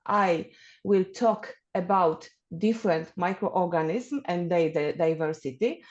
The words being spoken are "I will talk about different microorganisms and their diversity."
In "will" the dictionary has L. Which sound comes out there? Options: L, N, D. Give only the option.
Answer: L